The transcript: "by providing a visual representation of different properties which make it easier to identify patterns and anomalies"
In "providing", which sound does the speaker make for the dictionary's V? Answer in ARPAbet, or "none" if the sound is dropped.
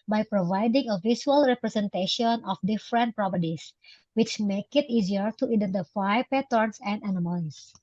V